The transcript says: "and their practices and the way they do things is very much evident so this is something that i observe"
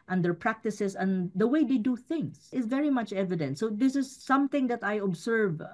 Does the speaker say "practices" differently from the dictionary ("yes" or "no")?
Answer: yes